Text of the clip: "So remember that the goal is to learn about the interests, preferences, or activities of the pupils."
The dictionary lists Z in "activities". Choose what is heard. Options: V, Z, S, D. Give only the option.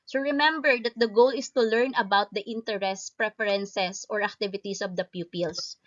S